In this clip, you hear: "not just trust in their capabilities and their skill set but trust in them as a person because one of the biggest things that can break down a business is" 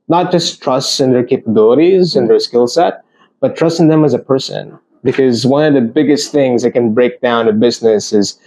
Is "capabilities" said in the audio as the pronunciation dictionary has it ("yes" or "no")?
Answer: yes